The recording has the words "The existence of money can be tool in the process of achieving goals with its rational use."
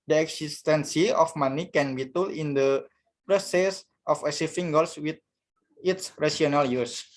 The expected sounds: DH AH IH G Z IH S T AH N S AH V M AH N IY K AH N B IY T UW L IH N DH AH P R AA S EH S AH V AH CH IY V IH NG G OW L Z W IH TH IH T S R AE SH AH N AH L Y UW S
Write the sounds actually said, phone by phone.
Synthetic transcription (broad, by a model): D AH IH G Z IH S T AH N S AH F M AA N IY K AH N B IY T UW L IH N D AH P R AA S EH S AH F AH S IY F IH NG G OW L S W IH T IH T S R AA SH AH N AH L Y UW S